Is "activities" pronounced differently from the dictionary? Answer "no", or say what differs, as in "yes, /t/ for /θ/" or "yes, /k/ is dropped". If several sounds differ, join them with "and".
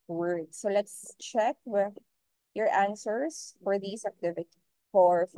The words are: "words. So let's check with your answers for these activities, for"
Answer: yes, /z/ is dropped